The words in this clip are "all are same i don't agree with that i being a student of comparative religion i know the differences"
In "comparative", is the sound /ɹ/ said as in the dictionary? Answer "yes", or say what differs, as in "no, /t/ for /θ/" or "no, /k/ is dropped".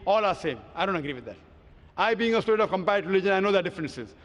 no, /ɹ/ is dropped